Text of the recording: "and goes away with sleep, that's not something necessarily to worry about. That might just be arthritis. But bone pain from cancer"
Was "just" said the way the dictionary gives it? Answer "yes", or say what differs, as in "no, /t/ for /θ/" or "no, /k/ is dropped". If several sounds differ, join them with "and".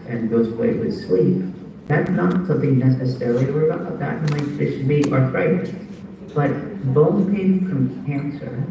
no, /ʃ/ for /dʒ/